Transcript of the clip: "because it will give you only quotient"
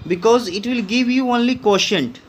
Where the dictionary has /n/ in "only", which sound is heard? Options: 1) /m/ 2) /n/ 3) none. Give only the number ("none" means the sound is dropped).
2